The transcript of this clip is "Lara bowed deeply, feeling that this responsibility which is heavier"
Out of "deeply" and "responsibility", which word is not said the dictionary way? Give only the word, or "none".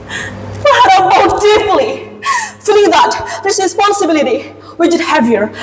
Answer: deeply